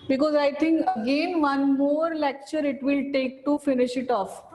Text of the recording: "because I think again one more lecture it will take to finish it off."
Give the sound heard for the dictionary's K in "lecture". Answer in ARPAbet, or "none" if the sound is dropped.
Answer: K